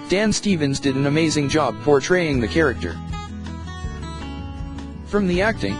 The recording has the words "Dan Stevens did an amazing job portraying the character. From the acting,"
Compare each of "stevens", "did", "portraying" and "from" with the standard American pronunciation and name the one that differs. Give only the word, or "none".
none